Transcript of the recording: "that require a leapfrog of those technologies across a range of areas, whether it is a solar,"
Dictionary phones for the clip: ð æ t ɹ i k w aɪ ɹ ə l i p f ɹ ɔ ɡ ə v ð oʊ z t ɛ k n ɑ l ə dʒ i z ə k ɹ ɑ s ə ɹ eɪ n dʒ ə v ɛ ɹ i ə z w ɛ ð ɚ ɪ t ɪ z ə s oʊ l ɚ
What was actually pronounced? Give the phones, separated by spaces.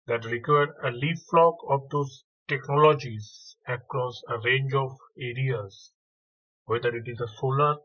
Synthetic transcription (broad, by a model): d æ t ɹ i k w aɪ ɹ ə l i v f l ɔ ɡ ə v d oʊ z t ɛ k n ɑ l ə dʒ i z ə k ɹ ɑ s ə ɹ eɪ n dʒ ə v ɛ ɹ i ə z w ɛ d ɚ ɪ t ɪ z ə s oʊ l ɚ